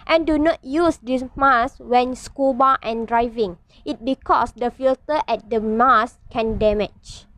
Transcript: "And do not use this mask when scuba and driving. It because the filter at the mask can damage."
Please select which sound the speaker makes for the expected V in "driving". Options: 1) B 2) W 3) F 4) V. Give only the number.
4